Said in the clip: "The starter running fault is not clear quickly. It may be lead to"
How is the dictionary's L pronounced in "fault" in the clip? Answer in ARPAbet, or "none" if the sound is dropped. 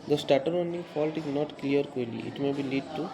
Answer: L